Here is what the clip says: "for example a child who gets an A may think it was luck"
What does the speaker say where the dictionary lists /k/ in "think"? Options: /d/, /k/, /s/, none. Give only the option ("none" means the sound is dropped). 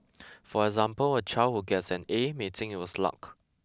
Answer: none